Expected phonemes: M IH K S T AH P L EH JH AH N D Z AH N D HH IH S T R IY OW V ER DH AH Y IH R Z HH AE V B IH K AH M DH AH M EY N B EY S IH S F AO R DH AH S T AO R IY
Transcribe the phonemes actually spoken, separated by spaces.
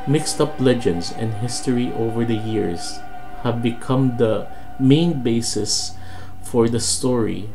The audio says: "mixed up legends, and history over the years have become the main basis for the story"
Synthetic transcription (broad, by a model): M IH K S T AH P L EH JH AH N D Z AH N D HH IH S T R IY OW V ER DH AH Y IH R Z HH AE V B IH K AH M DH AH M EY N B EY S IH S F AO R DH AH S T AO R IY